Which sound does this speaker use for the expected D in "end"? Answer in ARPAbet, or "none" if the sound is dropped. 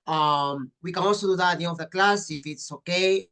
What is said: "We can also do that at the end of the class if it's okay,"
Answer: none